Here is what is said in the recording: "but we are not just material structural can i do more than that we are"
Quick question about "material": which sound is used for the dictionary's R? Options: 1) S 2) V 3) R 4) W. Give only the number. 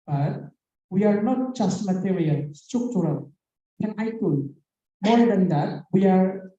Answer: 4